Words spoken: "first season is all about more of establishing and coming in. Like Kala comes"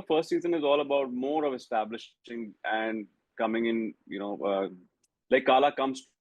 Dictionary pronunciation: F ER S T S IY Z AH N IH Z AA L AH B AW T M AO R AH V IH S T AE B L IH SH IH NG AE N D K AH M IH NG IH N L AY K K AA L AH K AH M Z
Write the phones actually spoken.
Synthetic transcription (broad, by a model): F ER S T S IY Z AH N IH Z AA L AH B AW T M AO R AH V IH S T AE B L IH SH IH NG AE N D K AH M IH NG IH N L AY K K AA L AH K AH M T